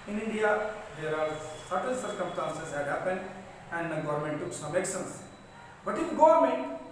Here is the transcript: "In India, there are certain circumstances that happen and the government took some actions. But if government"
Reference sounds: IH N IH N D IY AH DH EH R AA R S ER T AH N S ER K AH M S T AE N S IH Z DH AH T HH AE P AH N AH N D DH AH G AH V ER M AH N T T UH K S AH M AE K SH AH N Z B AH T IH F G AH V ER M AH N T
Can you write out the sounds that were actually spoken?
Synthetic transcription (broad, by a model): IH N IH N D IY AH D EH R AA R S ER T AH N S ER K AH M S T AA N S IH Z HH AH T HH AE P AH N AH N D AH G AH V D M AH N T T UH K S AH M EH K S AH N S B AH T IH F G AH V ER M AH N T